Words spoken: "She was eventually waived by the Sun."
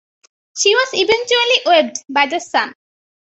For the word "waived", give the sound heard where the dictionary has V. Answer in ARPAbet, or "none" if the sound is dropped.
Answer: B